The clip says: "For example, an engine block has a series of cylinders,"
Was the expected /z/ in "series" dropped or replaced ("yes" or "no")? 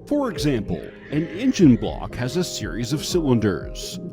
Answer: no